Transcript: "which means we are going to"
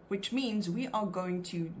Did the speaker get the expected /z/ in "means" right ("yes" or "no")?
yes